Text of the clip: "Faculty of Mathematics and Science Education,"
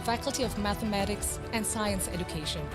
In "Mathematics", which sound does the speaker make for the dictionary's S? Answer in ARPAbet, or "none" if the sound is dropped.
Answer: S